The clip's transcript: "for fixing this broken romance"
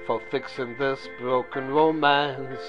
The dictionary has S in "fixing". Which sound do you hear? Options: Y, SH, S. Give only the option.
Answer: S